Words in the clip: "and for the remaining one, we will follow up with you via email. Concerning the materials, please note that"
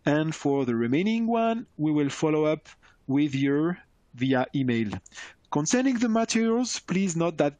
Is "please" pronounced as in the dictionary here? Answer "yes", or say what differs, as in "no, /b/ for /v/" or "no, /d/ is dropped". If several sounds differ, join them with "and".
yes